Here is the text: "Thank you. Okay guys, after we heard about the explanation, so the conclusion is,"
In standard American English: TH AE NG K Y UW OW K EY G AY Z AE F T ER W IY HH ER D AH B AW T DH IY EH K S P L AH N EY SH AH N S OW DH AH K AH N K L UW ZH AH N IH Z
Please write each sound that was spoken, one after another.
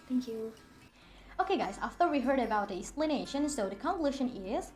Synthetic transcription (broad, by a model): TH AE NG K Y UW OW K EY G AY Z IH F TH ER W IY HH ER D AH B AW T DH IY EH K S P L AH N EY SH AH N S OW DH AH K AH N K L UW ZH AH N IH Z